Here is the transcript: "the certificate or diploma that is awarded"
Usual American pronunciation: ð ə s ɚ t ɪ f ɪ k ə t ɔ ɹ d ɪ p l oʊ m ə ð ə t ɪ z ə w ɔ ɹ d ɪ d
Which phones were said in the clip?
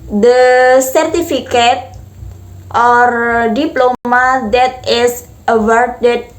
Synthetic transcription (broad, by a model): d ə s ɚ t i f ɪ k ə t ɔ ɹ d ɪ p l oʊ m ə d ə t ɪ s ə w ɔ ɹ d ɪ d